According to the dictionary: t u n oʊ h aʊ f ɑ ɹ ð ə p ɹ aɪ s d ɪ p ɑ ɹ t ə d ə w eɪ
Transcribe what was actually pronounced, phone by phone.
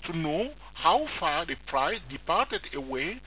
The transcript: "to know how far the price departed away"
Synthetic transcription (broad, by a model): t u n oʊ h aʊ f ɑ ɹ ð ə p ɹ aɪ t d ɪ p ɑ ɹ t ə d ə w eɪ